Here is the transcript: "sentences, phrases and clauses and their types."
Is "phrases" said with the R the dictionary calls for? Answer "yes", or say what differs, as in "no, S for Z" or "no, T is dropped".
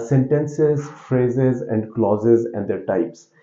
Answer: yes